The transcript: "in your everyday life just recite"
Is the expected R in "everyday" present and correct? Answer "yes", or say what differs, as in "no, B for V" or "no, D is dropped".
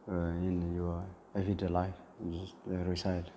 no, R is dropped